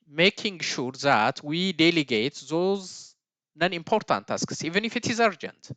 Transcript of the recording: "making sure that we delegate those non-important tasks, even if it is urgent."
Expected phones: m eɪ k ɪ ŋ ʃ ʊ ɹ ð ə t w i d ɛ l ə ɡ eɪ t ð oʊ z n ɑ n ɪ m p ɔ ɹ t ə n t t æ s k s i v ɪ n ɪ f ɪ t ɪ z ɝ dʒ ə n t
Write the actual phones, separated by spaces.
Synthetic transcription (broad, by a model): m eɪ k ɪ ŋ ʃ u ɹ ð ə t w i d ɛ l ə ɡ eɪ t ð oʊ z n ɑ n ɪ m p ɔ ɹ t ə n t t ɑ s k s i v ɪ n ɪ f ɪ t ɪ z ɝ dʒ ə n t